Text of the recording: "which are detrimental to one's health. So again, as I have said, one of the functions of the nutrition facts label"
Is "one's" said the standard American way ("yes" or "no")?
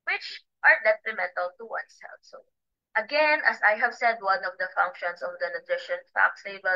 no